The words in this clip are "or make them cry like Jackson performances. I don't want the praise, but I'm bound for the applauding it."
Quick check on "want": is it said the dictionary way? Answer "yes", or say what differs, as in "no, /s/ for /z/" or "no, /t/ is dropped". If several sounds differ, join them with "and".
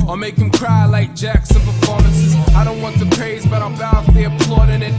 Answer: yes